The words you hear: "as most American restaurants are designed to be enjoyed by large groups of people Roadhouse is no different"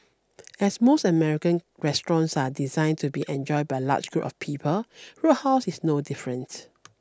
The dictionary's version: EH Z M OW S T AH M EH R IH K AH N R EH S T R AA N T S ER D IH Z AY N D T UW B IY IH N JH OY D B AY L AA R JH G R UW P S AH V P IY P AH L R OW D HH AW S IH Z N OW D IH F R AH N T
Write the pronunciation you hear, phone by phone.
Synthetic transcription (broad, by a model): EH S M OW S T AH M EH R IH K AH N R EH S T R AA N S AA D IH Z AY N T UW B IY IH N JH OY D B AY L AA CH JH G R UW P AH F P IY P AH L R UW HH AW S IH S N OW D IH F R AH N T